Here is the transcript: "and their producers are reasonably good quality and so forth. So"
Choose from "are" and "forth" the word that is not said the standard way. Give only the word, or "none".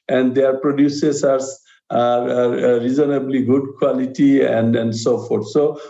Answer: forth